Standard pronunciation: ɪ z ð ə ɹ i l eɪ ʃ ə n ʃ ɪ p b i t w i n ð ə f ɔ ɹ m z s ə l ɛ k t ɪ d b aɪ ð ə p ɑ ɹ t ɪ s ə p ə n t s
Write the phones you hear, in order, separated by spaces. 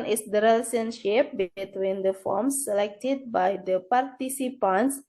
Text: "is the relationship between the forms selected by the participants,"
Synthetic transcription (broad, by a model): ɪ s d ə ɹ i l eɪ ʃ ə n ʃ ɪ p b i t w i n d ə f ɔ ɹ m s ə l ɛ k t ɪ d b aɪ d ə p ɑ ɹ t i s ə p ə n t s